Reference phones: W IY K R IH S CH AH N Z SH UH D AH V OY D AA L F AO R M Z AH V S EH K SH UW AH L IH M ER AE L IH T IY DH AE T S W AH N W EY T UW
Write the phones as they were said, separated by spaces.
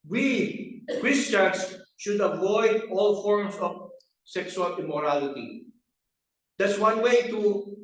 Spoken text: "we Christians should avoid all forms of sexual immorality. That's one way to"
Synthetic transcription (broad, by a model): W IY K R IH S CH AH N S SH UH D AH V OY D AA L F AO R M S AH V S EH K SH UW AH L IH M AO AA L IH T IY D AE T S W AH N W EY T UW